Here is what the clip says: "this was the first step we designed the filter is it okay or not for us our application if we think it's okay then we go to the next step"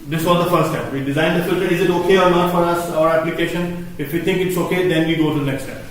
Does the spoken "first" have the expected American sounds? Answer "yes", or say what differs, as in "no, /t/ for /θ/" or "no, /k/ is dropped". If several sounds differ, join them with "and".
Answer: no, /s/ is dropped